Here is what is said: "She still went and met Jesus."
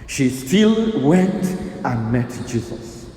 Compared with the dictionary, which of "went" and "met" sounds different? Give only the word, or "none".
none